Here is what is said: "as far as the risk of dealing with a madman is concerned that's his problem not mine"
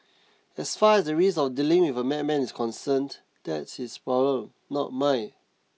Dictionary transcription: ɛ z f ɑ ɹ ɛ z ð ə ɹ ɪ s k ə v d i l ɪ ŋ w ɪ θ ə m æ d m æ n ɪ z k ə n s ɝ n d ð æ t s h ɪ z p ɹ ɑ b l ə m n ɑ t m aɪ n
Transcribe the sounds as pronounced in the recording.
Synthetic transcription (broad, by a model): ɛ s f ɑ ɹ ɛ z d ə ɹ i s ə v d i l ɪ ŋ w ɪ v ə m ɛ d m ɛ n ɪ s k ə n s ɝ n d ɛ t s h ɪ s p ɹ ɑ b l ə m n ɑ t m aɪ